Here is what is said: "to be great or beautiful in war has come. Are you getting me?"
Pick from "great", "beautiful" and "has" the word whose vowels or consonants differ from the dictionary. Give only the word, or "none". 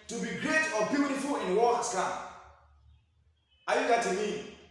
has